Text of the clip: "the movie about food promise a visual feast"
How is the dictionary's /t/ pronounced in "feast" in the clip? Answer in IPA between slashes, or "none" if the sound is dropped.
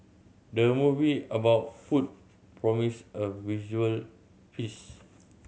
none